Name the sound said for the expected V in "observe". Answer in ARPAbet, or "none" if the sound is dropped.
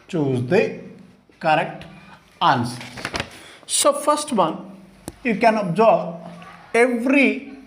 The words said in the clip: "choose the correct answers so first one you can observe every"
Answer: B